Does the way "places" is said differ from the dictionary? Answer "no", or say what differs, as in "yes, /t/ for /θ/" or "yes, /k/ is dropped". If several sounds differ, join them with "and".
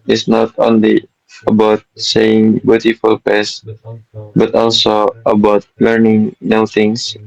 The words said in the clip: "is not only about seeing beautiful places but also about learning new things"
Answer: yes, /l/ is dropped